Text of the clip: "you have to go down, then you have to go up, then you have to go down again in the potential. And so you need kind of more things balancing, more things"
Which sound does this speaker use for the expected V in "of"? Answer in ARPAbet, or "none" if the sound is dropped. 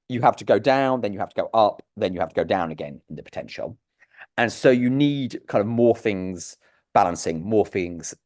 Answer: V